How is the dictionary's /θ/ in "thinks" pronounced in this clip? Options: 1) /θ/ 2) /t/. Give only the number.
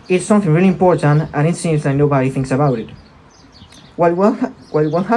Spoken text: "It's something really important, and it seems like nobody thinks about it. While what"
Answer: 1